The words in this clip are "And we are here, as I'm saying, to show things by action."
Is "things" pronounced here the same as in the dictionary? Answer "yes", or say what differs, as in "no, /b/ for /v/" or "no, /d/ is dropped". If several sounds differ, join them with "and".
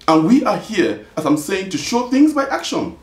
yes